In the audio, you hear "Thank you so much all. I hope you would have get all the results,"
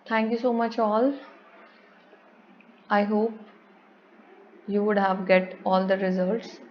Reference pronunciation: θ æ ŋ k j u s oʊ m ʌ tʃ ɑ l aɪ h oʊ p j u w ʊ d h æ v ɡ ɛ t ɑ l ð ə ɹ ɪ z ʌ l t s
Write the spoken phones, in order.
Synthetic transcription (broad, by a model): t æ ŋ k j u s oʊ m ʌ tʃ ɑ l aɪ h oʊ p j u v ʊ d h æ v ɡ ɛ t ɑ l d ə ɹ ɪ z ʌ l t s